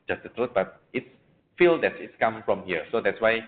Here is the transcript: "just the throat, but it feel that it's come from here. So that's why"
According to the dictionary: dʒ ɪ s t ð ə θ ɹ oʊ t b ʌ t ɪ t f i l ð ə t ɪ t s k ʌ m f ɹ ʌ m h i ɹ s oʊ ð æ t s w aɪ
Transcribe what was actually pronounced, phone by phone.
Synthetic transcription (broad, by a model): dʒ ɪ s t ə t ɹ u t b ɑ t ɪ t f i l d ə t ɪ t s k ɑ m f ɹ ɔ m h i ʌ s oʊ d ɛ t s w aɪ